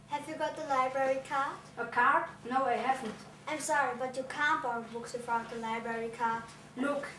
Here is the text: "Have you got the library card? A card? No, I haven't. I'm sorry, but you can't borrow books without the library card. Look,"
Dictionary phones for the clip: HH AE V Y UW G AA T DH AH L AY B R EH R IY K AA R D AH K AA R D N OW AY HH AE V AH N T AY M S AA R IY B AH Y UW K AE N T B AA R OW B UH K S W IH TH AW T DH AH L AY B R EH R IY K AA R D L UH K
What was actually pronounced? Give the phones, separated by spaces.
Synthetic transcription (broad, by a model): HH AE V Y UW G AA T DH AH L AY B R EH R IY K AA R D AH K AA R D N OW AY HH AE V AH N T AY M S AA R IY B AH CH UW K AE N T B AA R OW B UH K S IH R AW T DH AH L AY B R EH R IY K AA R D L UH K